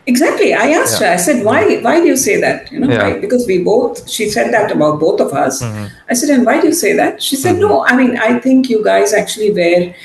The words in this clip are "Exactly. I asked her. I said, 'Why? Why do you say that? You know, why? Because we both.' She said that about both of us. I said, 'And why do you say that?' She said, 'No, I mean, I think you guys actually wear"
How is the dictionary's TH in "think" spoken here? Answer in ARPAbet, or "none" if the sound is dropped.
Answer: T